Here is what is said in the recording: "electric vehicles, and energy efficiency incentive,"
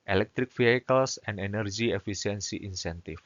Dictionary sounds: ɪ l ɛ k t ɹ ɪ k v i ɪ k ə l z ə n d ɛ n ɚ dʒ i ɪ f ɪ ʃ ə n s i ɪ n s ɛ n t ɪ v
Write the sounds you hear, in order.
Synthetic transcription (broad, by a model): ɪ l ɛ k t ɹ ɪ k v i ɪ k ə l s ə n d ɛ n ɚ dʒ i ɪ f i s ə n s i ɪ n s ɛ n t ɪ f